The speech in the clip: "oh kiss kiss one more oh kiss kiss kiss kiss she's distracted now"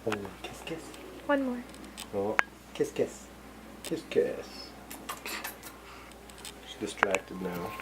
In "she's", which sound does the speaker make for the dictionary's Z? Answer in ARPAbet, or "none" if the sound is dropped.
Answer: S